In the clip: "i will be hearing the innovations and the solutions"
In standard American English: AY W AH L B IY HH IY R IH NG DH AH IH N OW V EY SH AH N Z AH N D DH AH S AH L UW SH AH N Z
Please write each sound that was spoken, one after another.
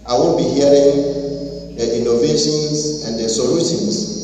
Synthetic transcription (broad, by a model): AY W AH N B IY HH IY R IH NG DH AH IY N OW V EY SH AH N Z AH N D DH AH S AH L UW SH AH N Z